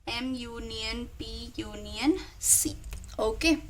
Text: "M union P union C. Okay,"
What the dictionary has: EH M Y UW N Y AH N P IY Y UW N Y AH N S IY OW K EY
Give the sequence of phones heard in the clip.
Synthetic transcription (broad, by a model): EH M Y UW N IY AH N B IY Y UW N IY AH N S IY OW K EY